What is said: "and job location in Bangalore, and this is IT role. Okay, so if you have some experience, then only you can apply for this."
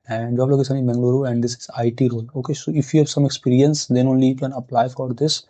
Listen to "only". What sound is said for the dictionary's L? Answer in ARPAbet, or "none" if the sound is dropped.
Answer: L